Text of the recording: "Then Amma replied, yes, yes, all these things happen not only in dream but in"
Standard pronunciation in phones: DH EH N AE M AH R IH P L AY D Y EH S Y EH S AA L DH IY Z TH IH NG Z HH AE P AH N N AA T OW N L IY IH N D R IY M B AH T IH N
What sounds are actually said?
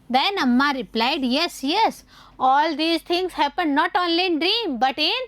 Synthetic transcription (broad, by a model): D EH N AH M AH R IH P L AY D Y EH S Y EH S AA L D IY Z T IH NG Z HH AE P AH N N AA T OW N L IY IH N D R IY M B AH T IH N